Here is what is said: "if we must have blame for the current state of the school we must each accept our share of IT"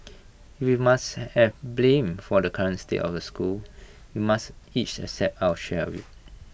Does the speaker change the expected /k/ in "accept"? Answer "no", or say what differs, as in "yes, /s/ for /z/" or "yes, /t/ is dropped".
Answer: yes, /k/ is dropped